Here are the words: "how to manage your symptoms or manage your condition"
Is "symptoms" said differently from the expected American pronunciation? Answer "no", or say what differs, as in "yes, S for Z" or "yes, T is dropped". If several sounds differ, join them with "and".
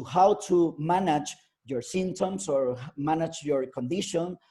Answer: yes, S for Z